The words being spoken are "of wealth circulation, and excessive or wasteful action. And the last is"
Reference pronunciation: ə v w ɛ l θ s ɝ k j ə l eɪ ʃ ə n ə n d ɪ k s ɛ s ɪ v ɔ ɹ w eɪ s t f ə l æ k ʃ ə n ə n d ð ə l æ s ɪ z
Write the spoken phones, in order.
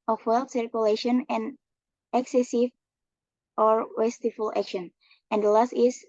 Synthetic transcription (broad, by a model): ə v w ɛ l t s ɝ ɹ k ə l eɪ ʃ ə n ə n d ɪ k s ɛ s ɪ v ɔ ɹ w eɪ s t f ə l æ k ʃ ə n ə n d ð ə l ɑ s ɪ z